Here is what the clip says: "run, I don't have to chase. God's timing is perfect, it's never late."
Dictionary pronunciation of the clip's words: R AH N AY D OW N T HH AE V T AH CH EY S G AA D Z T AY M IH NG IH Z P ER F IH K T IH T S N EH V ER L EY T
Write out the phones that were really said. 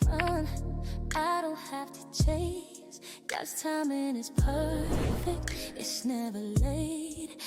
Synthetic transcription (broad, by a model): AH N AY D OW N T HH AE F T AH CH EY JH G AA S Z T AY M IH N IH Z P ER F IH K T IH T S N EH V ER L EY T